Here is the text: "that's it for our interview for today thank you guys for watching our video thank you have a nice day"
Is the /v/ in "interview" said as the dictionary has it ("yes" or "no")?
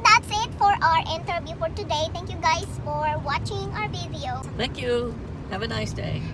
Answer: no